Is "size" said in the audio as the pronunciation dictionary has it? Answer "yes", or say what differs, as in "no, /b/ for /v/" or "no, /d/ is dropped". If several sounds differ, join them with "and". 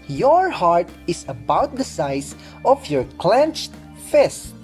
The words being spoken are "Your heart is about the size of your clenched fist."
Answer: no, /s/ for /z/